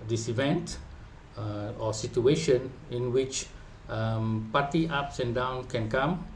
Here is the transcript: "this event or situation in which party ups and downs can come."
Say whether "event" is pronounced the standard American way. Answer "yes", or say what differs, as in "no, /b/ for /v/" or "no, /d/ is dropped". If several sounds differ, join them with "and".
yes